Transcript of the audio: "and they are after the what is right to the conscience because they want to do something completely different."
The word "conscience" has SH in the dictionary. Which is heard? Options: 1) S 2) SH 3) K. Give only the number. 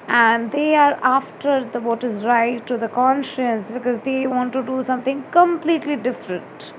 2